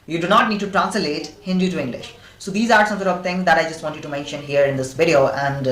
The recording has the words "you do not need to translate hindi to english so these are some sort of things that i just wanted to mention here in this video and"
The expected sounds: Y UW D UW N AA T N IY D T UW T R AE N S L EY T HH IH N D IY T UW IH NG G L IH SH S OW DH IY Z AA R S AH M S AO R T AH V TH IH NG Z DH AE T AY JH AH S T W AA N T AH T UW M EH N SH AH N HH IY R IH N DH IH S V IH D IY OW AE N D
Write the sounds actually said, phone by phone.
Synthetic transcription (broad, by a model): Y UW D UW N AA T N IY D T UW T R AE N S L EY T HH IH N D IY T UW IH NG G L IH SH S OW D IY Z AA R S AH M S AO R T AH V T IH NG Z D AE T AY JH AH S T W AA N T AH T UW M EH N SH AH N HH IY R IH N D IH S V IH D IY OW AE N D